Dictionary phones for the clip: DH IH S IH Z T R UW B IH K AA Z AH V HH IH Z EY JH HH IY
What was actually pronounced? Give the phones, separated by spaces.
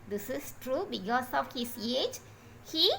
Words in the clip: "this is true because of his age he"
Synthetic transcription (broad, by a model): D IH S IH S T R UW B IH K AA S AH F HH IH S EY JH HH IY